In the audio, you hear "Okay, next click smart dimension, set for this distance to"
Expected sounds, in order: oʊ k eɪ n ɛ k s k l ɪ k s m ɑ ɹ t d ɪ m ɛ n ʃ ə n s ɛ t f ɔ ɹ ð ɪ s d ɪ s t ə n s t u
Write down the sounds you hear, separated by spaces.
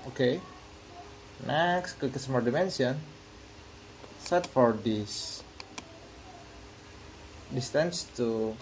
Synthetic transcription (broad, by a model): oʊ k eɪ n ɛ k s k ɪ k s m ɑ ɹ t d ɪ m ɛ n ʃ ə n s ɛ t f ɔ ɹ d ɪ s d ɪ s t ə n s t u